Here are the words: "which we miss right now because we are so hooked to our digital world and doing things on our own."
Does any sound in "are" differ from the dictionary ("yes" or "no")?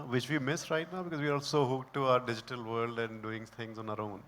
yes